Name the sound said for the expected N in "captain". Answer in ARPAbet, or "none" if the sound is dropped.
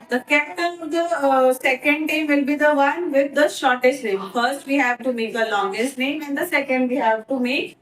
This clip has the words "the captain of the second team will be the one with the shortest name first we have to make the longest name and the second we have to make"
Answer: L